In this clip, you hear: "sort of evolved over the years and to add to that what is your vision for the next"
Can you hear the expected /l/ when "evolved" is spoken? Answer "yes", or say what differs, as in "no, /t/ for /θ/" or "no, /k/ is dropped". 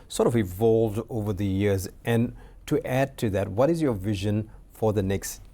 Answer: yes